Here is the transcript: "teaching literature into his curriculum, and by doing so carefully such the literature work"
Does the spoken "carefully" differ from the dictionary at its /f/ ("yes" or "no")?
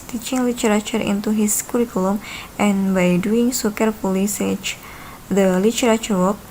yes